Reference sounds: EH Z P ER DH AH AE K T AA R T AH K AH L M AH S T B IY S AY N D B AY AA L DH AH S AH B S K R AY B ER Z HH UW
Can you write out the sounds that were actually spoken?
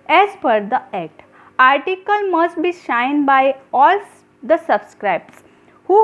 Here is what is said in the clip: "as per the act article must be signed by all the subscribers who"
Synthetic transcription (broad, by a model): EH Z F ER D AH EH K T AA R T AH K AH L M AH S T B IY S AY N D B AY AA L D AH S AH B S K R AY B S HH UW